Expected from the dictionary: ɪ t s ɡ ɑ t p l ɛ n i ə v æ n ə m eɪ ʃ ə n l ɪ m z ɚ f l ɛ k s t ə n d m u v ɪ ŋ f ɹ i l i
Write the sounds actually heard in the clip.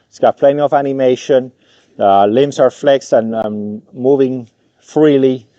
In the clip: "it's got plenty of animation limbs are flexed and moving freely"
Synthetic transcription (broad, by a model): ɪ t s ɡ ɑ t p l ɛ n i ə v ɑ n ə m eɪ ʃ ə n l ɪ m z ɚ f l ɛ k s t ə n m m u v ɪ ŋ f ɹ i l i